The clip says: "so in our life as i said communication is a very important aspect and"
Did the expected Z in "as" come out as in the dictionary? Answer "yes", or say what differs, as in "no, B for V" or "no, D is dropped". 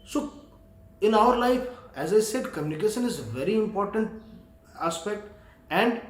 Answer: yes